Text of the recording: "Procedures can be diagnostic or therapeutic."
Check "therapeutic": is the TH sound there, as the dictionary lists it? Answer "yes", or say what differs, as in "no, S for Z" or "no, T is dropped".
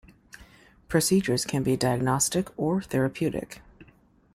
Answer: yes